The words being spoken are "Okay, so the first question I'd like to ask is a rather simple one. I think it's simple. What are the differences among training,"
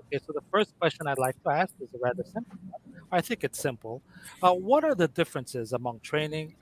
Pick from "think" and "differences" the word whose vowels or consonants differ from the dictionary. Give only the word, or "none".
none